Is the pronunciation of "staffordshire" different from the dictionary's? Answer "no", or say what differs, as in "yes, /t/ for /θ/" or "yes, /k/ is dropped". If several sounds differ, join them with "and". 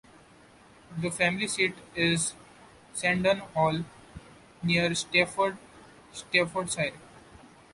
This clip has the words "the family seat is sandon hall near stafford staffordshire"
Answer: yes, /s/ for /ʃ/